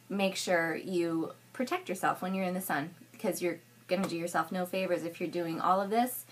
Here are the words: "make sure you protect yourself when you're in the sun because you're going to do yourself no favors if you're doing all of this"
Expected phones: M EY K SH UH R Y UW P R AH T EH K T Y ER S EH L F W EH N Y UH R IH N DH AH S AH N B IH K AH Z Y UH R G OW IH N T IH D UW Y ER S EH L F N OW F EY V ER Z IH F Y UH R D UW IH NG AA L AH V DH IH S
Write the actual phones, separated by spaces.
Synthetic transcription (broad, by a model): M EY K SH UH R Y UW P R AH T EH K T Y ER S EH L F W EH N Y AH R IH N DH AH S AH N B IH K AH Z Y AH R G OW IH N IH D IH Y ER S EH L F N OW F EY V ER Z IH F Y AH R D UW IH NG AA L AH V DH IH S